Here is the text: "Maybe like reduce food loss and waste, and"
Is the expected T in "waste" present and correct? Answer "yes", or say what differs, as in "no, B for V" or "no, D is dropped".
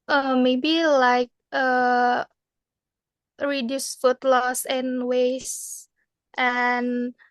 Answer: yes